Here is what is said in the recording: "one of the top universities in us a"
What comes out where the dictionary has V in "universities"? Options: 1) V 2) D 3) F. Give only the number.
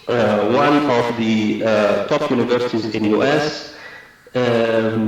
1